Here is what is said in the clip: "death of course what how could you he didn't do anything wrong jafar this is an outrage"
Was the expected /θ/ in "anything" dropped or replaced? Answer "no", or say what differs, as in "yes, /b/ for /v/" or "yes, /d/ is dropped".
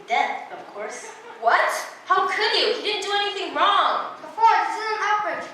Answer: no